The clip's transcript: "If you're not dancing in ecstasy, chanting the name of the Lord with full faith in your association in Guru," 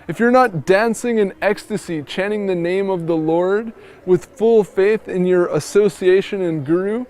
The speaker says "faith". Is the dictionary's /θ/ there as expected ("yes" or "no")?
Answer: yes